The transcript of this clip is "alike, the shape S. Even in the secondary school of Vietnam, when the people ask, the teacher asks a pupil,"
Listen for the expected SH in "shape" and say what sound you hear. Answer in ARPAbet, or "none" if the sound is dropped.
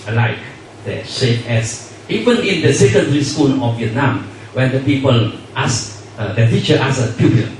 S